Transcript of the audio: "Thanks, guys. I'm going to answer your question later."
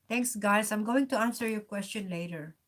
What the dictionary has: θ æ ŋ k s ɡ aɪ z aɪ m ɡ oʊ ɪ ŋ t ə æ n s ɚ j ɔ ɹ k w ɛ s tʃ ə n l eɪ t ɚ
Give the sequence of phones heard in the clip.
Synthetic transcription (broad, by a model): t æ ŋ k s ɡ aɪ s aɪ m ɡ oʊ ɪ ŋ t ə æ n s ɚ j ɔ ɹ k w ɛ s tʃ ə n l eɪ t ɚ